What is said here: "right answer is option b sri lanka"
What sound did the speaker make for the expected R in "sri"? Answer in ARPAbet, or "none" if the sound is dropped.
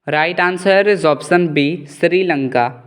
R